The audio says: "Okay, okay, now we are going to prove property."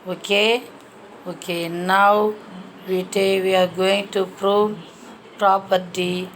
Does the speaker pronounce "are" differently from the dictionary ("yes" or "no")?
yes